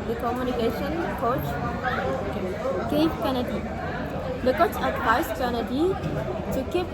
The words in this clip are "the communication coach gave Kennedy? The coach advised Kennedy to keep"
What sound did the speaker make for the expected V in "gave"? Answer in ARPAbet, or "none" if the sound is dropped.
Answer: P